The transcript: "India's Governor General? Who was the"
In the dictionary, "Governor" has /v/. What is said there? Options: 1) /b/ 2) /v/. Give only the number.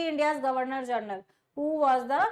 2